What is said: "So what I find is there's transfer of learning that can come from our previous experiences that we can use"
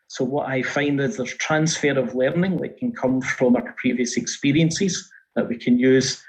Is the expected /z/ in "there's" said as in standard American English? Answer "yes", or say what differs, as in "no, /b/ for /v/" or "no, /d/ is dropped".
no, /z/ is dropped